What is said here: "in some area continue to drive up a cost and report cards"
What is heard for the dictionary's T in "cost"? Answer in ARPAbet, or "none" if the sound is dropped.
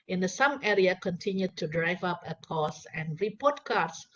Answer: none